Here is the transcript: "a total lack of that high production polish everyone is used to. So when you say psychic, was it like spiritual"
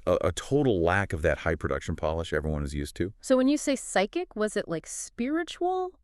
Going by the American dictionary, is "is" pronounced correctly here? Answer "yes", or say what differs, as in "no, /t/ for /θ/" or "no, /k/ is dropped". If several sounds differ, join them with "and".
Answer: yes